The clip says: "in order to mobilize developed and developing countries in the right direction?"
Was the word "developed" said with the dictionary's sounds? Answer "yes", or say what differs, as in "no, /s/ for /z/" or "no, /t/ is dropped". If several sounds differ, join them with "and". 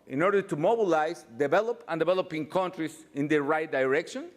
no, /t/ is dropped